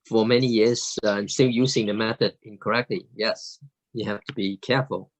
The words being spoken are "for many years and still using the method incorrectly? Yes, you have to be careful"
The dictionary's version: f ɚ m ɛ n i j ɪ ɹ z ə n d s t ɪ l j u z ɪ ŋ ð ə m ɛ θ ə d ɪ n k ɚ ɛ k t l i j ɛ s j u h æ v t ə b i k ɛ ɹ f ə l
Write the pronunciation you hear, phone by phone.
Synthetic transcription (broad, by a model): f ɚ m ɛ n i j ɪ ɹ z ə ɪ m s t ɪ l j u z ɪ ŋ ð ə m ɛ θ ə d ɪ n k ɚ ɛ k t l i j ɛ s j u h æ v t ə b i k ɛ ɹ f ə l